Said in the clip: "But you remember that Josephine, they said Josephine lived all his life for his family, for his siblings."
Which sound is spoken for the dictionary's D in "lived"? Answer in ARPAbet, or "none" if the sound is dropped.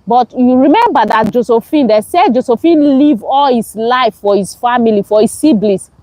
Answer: none